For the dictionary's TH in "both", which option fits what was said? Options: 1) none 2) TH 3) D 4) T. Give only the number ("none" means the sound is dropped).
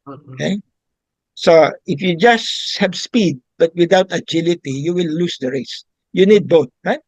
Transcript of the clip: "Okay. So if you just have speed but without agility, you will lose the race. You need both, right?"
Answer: 4